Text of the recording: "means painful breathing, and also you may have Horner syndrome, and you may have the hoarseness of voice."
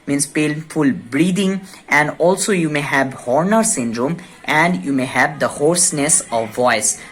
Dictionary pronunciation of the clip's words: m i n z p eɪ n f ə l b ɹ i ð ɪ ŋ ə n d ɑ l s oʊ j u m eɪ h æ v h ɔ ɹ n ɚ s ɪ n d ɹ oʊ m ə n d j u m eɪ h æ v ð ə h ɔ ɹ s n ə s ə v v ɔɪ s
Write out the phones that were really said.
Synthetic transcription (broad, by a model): m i n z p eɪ l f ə l b ɹ i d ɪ ŋ ə n d ɑ l s oʊ j u m eɪ h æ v h ɔ ɹ n ɚ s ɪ n d ɹ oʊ m ə n d j u m eɪ h æ v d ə h ɔ ɹ s n ə s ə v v ɔɪ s